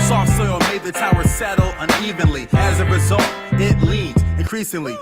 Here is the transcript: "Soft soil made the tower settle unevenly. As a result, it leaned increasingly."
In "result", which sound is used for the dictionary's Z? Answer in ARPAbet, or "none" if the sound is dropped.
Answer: Z